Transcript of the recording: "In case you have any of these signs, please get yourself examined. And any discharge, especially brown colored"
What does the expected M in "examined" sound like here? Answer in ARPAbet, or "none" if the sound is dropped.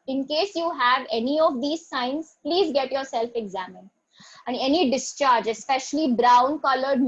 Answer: M